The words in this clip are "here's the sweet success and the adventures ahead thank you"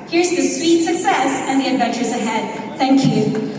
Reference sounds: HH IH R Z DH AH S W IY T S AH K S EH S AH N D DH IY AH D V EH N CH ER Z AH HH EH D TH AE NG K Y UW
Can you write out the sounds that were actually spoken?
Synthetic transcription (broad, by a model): HH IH R Z DH AH S W IY T S AH K S EH S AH N DH IY AH D V EH N CH ER Z AH HH EH D TH AE NG K Y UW